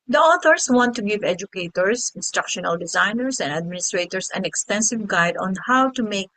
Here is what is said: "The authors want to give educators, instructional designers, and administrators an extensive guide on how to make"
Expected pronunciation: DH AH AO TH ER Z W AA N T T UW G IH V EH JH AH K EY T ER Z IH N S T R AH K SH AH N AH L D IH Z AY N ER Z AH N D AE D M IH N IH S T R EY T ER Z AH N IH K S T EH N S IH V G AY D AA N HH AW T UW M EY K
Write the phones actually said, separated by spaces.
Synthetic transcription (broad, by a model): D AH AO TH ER S W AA N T T UW G IH V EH JH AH K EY T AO S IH N S T R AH K SH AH N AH L D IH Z AY N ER S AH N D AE D M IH N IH S T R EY T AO S AH N IH K S T EH N S IH V G AY D AA N HH AW T UW M EY K